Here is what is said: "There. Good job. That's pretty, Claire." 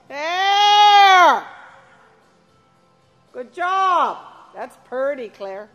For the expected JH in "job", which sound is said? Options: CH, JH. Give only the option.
JH